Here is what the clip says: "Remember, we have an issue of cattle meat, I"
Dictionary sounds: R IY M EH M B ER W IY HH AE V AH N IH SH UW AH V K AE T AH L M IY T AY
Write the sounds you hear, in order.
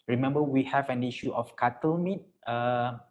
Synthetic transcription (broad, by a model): R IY M EH M B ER W IY HH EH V AH N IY SH UW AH F K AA T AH L M IY T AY